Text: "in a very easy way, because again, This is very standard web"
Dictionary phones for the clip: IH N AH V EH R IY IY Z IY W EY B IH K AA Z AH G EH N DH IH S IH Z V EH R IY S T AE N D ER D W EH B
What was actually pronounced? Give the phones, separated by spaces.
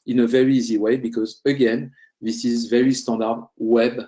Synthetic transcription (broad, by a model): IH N AH V EH R IY IY Z IY W EY B IH K AA Z AH G EH N DH IH S IH Z V EH R IY S T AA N D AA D W EH B